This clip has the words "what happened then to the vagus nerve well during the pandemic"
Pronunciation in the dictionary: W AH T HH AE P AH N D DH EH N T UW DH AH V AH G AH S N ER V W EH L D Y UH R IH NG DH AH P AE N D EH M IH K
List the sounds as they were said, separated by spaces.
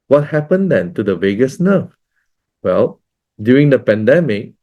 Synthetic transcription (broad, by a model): W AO T HH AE P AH N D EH N T UW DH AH V AH G AH S N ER F W EH L D Y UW R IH NG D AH P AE N D EH M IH K